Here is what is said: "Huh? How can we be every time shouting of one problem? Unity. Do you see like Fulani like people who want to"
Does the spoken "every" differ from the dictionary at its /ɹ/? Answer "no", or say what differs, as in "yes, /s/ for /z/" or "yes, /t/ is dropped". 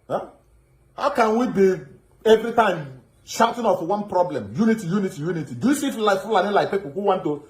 no